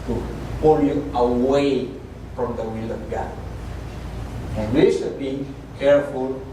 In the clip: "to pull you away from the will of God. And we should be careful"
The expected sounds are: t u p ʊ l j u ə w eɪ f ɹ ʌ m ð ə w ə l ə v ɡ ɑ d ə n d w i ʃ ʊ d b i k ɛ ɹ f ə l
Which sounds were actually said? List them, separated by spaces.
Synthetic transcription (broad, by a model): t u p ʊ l j u ə w eɪ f ɹ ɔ m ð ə w ə l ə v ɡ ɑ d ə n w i s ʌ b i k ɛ ɹ f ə l